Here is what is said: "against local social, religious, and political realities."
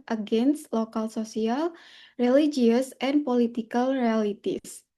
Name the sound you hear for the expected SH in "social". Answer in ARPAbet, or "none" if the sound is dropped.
S